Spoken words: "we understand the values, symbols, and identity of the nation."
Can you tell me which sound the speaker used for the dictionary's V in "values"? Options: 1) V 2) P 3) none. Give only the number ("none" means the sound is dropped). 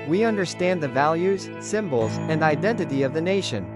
1